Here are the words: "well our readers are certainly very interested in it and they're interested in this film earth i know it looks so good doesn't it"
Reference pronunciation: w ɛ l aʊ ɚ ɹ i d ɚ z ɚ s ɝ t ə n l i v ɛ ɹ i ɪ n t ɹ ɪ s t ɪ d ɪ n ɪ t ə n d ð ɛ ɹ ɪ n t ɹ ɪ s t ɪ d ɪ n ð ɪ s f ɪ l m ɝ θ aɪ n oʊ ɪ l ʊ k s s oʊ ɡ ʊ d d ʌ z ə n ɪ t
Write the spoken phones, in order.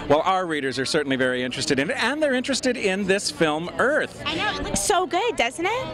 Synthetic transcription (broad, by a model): w ɛ l aʊ ɚ ɹ i d ɚ z ɚ s ɝ t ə n l i v ɛ ɹ i ɪ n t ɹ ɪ s t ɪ d ɪ n ɪ t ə n ð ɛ ɹ ɪ n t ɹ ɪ s t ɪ d ɪ n ð ɪ s f ɪ l m ɝ θ aɪ n oʊ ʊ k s s oʊ ɡ ʊ d d ʌ z n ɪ t